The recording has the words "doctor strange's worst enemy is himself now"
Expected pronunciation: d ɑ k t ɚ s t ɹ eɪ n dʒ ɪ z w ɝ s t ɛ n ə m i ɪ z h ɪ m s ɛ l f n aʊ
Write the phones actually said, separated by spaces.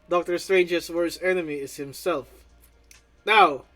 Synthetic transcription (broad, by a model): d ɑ k t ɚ s t ɹ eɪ n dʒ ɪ s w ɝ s ɛ n ə m i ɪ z h ɪ m s ɛ l f n aʊ